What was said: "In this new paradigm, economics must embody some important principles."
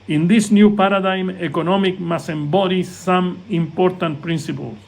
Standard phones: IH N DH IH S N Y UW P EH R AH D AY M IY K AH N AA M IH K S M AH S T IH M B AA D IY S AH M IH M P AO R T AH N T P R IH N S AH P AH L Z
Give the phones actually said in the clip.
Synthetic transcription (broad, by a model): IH N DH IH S N Y UW P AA R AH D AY M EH K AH N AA M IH K M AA S IH M B AA D IY S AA M IH M P AO R T AH N T P R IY N S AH P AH L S